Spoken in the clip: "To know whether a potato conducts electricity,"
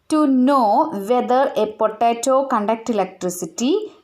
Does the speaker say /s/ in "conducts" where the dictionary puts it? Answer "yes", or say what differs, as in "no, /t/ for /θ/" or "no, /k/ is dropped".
no, /s/ is dropped